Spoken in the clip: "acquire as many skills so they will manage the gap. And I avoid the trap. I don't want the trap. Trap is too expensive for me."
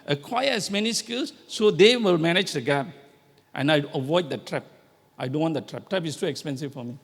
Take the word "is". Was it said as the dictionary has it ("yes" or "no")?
no